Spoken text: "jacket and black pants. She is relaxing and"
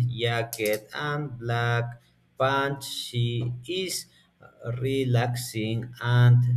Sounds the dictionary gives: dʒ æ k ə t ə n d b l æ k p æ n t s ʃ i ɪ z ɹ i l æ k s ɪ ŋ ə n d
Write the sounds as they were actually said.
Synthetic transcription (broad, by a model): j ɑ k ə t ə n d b l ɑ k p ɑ n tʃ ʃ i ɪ s ɹ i l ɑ k s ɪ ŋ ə n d